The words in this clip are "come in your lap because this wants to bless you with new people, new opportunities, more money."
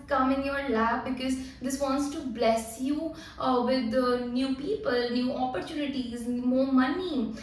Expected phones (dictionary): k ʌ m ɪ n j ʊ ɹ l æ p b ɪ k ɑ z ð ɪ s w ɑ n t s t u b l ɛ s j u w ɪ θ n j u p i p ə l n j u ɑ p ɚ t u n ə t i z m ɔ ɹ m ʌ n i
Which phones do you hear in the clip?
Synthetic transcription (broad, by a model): k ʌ m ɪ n j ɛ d l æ f b ɪ k ɑ z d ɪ s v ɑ n t s t u b l ɛ s j u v ɪ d n j u p i p ə l n j u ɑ p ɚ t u n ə t i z m ɔ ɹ m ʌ n i